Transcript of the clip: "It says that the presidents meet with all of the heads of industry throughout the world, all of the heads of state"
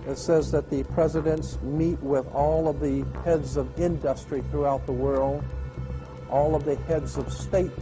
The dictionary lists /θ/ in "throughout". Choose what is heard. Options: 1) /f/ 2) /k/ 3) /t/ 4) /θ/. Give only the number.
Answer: 4